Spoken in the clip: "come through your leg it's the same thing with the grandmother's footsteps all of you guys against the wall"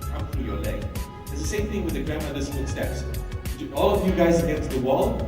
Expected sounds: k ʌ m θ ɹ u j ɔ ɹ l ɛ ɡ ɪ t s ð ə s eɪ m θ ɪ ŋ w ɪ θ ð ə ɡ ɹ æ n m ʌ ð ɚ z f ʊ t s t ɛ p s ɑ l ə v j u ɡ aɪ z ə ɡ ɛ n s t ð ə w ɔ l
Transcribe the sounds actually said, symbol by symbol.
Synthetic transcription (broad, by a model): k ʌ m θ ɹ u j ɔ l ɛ ɪ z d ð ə s eɪ m θ ɪ ŋ w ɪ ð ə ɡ ɹ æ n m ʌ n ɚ s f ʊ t s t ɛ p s ɑ l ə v j u ɡ aɪ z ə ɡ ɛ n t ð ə w ɔ l